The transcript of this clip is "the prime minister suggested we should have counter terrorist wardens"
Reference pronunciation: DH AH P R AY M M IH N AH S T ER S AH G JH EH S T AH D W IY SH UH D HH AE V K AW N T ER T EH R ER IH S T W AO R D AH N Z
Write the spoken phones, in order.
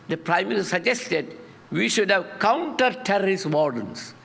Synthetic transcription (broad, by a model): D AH P R AY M M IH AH T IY S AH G JH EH S T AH D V IY SH UH D HH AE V K AW N T ER T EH R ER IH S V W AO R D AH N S